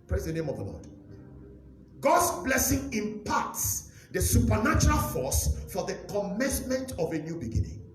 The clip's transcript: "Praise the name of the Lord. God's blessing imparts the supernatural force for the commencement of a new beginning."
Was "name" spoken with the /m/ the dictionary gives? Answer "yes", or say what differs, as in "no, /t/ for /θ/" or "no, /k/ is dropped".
yes